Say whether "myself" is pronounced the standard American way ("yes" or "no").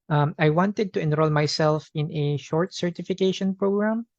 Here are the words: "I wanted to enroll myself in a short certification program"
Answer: yes